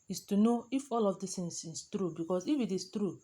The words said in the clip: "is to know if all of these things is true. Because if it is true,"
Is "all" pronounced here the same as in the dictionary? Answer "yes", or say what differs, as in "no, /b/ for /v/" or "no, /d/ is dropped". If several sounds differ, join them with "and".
yes